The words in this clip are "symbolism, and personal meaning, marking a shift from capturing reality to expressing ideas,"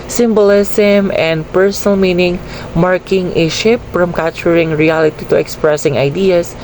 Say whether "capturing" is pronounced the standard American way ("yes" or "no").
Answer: no